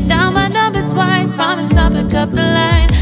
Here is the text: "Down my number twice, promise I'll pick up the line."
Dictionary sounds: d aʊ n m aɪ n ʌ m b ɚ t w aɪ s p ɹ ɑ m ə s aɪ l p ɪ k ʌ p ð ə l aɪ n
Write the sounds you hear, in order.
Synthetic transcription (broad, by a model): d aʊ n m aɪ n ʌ b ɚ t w aɪ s p ɹ ɑ m ə s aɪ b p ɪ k ʌ p ð ə l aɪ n